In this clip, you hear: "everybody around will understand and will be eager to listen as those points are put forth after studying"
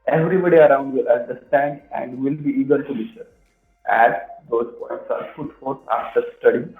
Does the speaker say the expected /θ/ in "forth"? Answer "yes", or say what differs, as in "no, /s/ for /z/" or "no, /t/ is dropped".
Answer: no, /s/ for /θ/